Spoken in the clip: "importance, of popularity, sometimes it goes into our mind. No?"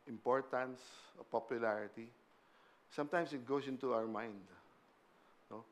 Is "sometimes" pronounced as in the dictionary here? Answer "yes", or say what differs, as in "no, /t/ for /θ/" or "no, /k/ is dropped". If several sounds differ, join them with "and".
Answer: no, /s/ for /z/